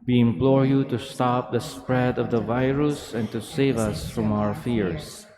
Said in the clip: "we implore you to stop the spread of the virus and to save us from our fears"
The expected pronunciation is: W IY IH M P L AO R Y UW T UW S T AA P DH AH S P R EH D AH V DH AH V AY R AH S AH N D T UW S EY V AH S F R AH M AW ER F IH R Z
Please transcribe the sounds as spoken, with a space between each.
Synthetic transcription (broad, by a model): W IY IH M P L AO R Y UW T UW S T AA P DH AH S P R EH D AH V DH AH V AY R AH S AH N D T UW S EY V AH S F R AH M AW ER F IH R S